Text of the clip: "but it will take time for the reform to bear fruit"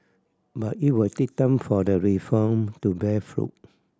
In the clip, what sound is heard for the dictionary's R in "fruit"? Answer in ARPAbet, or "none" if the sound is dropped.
R